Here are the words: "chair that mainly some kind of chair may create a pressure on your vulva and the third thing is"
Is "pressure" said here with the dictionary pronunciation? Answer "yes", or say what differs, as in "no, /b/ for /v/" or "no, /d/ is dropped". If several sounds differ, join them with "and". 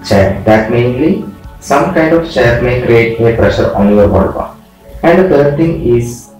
yes